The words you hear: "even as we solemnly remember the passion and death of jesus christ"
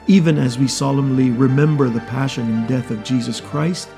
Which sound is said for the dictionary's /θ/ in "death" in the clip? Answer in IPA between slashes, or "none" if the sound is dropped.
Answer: /θ/